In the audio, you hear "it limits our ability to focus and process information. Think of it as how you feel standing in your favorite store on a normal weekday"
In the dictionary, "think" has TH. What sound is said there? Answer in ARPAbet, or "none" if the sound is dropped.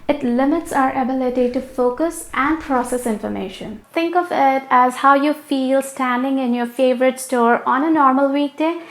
T